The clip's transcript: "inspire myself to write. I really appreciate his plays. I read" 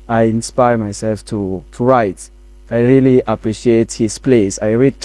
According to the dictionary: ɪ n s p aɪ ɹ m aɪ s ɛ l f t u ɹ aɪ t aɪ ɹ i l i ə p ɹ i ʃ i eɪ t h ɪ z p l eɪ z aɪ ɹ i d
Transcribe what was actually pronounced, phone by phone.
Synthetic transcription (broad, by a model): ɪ n s p aɪ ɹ m aɪ s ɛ l f t u ɹ aɪ t aɪ ɹ i l i ə p ɹ i ʃ i eɪ t h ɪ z p l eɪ s aɪ ɹ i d